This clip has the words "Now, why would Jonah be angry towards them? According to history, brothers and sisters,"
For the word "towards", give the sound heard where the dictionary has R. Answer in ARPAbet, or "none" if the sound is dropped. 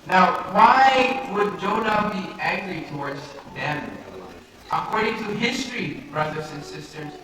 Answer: R